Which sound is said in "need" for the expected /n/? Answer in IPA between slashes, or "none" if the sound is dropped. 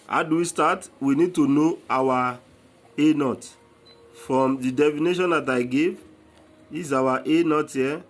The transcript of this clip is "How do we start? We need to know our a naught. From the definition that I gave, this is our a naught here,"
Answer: /n/